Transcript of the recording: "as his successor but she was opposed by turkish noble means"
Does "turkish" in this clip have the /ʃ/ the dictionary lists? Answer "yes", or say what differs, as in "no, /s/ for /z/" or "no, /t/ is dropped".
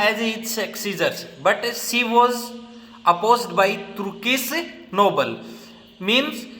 no, /s/ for /ʃ/